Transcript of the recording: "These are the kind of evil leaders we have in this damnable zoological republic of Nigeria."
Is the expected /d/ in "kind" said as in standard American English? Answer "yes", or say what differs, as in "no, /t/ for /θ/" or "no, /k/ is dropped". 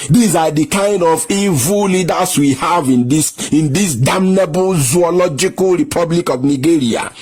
yes